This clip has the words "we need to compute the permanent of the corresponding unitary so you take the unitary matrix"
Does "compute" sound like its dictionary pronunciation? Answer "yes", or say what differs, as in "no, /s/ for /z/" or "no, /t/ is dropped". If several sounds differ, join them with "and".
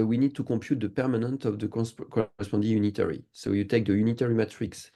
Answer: no, /m/ is dropped